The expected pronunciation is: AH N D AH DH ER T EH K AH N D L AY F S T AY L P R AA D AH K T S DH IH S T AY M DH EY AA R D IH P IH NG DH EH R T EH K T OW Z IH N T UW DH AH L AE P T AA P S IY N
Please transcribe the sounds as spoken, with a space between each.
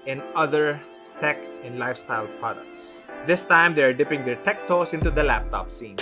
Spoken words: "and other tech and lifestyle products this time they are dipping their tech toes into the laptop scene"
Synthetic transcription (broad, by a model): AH N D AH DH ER T EH K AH N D L AY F S T AY L P R AA D AH K T S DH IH S T AY M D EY AA R D IH P IH NG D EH R T EH K T OW S IH N T UW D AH L AE P T AA P S IY N